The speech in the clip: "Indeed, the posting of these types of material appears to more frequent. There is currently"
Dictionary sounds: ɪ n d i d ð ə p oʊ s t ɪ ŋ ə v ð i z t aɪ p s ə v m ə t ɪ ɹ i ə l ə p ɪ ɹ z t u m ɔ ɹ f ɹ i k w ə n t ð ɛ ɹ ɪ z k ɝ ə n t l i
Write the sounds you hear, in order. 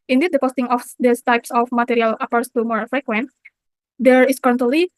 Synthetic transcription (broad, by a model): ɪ n d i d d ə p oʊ s t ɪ ŋ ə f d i s t aɪ p s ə f m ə t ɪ ɹ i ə l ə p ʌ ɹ s t u m ɔ ɹ f ɹ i k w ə n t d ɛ ɹ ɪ s k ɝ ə n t l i